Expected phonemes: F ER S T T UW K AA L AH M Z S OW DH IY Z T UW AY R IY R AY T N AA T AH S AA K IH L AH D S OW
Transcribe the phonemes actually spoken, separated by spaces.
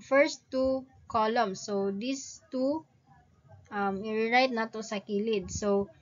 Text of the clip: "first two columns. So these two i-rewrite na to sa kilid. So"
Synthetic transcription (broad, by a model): F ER S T T UW K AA L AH M S OW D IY S T UW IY R IY R AY T N AA T AH S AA K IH L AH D S OW